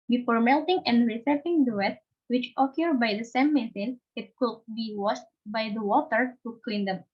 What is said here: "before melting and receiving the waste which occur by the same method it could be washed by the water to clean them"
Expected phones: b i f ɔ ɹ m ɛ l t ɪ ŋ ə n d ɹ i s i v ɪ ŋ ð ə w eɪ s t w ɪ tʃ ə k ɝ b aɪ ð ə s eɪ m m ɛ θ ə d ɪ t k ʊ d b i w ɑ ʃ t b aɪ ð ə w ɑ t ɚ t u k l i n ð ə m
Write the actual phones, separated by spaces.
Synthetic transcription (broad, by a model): b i f ɔ ɹ m ɛ l t ɪ ŋ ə n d ɹ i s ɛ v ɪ ŋ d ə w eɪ t w ɪ tʃ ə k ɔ b aɪ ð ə s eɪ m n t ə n ɪ t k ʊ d b i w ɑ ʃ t b aɪ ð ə w ɑ t ɚ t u k l i n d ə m